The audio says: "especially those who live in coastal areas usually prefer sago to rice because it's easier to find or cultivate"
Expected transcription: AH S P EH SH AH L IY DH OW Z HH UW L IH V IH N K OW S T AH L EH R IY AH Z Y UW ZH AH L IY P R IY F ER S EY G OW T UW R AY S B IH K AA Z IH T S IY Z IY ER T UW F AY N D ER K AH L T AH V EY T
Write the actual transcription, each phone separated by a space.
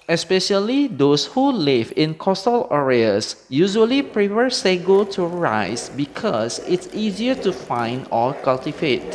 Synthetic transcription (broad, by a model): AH S P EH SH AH L IY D OW S HH UW L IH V IH N K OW S T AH L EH R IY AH S Y UW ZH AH L IY P R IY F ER S EY G OW T UW R AY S B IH K AA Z IH T S IY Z IY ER T UW F AY N D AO K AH L T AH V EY T